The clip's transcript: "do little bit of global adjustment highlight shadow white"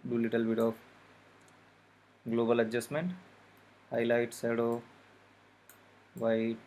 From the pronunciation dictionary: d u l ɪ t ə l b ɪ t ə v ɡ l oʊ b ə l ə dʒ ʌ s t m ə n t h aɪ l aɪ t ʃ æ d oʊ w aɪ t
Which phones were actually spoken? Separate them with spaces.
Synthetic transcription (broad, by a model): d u l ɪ t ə l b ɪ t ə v ɡ l oʊ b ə l ə dʒ ʌ s t m ə n t h aɪ l aɪ t s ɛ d oʊ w aɪ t